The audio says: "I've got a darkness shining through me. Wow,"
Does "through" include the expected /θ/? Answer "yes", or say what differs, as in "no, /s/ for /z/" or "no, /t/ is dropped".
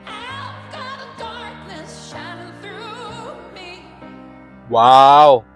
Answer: yes